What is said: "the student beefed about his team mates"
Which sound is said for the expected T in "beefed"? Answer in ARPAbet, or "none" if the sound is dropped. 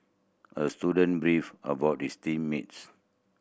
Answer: none